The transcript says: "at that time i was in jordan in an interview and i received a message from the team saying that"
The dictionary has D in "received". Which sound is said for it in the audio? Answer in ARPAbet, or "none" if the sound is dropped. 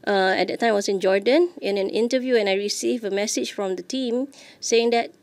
none